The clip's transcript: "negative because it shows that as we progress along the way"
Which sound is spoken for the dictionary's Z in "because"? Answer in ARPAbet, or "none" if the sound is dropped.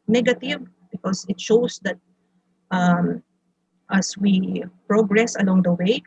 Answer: S